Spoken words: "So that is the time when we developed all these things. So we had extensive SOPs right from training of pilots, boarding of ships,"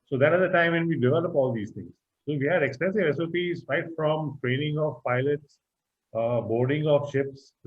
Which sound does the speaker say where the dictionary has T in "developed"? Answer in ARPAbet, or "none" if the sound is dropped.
none